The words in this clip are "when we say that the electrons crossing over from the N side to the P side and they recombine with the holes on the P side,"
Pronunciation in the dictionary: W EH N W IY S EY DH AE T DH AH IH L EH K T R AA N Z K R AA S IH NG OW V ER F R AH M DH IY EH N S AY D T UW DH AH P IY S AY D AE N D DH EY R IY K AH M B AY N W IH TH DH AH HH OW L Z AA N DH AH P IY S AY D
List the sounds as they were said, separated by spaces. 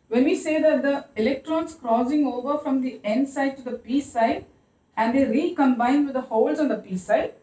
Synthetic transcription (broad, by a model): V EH N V IY S EY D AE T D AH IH L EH K T R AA N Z K R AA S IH NG OW V ER F R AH M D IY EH N S AY D T UW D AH P IY S AY D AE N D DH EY R IY K AH M B AY N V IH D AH HH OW L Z AA N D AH P IY S AY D